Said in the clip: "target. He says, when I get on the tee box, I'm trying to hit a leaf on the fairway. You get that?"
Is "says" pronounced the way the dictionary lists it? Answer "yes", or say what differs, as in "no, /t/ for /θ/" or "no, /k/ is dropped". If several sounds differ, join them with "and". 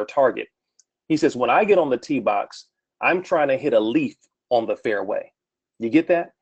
yes